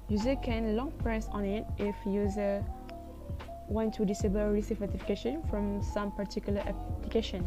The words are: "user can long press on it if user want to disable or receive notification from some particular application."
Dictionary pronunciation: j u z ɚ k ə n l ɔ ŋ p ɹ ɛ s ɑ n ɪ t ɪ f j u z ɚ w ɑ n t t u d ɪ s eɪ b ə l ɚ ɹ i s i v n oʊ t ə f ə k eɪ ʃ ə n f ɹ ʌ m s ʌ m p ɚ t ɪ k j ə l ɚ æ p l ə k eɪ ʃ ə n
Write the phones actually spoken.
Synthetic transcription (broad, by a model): j u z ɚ k ə n l ɔ ŋ p ɹ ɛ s ɑ n ɪ t ɪ f j u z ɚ w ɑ n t t u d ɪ s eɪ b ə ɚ ɹ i s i f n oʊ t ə f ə k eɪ ʃ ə n f ɹ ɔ m s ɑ m p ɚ t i k j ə l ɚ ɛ p l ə k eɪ ʃ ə n